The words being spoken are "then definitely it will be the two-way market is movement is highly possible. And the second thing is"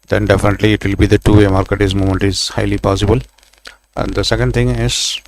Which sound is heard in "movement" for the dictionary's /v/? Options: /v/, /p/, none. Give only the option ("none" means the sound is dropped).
none